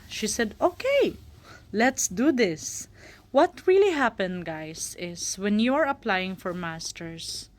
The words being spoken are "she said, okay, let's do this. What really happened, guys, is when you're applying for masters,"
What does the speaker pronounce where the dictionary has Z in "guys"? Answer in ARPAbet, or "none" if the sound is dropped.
S